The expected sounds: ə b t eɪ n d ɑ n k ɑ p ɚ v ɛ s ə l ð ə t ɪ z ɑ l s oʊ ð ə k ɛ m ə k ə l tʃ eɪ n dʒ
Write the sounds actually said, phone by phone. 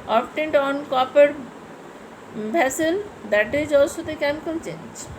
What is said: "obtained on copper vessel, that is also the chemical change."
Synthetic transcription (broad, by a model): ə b t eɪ n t ɑ n k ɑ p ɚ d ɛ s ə l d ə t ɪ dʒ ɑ s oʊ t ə k ɛ m ə k ə l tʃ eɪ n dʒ